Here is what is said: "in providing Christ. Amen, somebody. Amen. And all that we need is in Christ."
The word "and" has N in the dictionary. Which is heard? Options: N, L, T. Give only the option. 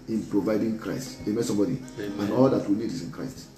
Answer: L